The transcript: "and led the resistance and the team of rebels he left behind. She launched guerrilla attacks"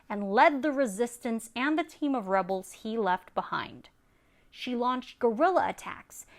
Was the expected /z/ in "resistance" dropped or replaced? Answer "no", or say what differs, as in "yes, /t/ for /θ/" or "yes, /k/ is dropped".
no